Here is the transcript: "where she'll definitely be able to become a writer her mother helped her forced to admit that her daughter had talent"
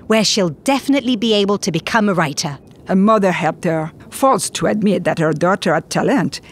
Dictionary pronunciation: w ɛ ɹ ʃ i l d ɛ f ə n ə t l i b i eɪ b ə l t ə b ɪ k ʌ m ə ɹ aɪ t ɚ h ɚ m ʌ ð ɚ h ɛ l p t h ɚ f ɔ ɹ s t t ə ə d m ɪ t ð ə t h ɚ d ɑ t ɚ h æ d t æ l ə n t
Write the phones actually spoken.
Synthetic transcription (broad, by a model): w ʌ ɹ ʃ i l d ɛ f ə n ə t l i b i eɪ b ə l t ə b ɪ k ʌ m ə ɹ aɪ t ɚ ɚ m ʌ ð ɚ h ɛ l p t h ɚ f ɔ l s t t ə ə d m ɪ t ð ə t h ɚ d ɑ t ɚ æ t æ l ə n t